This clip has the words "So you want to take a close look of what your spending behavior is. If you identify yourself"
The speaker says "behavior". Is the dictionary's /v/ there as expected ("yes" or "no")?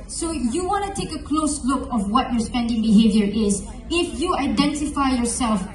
yes